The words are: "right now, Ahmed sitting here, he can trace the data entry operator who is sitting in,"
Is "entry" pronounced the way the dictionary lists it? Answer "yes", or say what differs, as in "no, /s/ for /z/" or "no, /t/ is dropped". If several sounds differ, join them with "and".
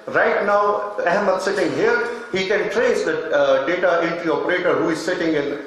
no, /ɹ/ is dropped